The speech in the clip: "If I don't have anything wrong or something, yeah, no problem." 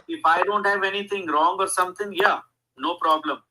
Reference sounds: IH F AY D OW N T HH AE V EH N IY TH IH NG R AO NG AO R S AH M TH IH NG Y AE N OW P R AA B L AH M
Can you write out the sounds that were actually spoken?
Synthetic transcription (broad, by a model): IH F AY D OW N T HH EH V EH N IY T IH NG R AO NG AO R S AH M T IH NG Y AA N OW P R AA B L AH M